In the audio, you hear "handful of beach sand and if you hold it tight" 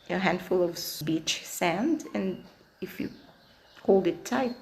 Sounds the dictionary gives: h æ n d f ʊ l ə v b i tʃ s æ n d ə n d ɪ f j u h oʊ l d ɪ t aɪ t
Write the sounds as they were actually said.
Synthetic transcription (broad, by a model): h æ n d f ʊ l ə v b i tʃ s æ n d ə n ɪ f j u h oʊ l d ɪ t aɪ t